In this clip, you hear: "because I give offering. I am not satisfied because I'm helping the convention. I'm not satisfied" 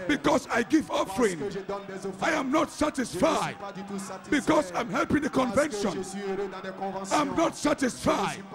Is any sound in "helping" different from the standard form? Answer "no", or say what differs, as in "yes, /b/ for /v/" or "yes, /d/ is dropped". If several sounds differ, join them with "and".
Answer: no